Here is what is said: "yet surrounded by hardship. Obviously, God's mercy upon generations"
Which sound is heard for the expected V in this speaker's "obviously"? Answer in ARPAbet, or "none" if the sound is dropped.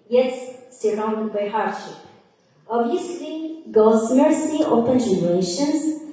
none